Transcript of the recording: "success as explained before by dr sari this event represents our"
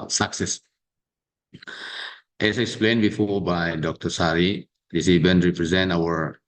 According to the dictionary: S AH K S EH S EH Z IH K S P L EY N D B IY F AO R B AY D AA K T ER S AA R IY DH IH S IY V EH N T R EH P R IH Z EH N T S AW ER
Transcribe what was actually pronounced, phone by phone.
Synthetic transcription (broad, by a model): S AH K S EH S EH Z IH K S P L EY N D B IY F AO R B AY D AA K T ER S AA R IY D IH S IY B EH N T R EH P R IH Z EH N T AW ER